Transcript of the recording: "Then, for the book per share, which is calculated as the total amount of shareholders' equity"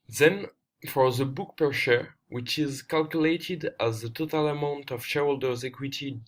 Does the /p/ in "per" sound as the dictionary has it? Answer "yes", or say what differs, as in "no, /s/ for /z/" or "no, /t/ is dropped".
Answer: yes